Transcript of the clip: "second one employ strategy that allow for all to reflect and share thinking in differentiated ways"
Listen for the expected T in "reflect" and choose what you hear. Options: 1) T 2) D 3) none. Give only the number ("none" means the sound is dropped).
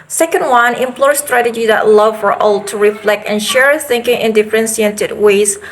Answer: 1